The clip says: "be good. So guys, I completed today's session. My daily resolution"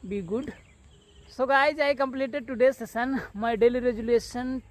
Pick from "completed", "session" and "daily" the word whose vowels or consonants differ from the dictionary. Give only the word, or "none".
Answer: session